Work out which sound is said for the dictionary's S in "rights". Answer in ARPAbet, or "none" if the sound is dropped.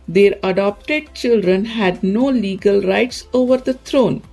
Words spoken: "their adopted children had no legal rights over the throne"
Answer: S